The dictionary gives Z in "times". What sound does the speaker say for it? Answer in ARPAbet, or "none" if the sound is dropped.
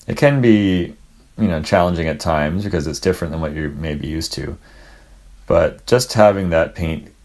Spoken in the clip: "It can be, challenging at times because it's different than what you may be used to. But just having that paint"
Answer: Z